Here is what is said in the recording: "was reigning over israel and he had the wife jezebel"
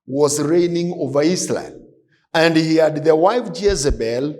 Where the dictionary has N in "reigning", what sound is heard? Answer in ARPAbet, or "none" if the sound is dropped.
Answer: N